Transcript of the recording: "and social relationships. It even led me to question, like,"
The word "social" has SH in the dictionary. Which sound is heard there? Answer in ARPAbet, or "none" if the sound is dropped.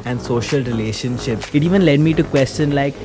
SH